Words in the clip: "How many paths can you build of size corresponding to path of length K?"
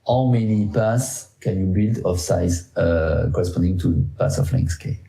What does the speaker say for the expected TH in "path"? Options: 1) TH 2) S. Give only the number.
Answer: 2